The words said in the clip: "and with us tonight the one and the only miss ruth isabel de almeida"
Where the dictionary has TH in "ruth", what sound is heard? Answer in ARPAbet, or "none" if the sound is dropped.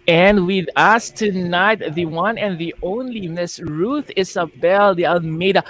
TH